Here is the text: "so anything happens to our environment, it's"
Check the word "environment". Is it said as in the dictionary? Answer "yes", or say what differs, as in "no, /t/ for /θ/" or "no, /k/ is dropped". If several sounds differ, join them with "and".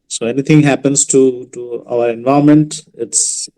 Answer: no, /ɹ/ is dropped